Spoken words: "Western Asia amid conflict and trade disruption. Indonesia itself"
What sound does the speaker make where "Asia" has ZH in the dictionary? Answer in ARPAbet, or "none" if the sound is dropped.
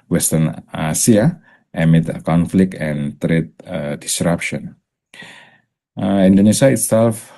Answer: S